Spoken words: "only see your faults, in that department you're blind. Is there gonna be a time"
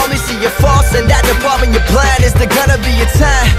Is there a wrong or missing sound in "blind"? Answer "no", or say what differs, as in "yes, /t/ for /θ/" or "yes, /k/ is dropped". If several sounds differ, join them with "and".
yes, /d/ is dropped